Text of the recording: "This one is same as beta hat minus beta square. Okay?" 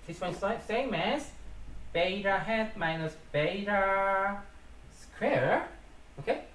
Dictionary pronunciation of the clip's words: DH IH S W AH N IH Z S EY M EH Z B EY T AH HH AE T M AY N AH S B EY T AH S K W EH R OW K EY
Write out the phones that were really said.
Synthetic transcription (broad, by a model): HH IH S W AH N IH S EY M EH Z B EY T AH HH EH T M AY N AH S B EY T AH S K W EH R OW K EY